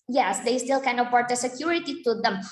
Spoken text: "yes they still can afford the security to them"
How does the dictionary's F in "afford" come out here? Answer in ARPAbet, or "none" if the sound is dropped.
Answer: P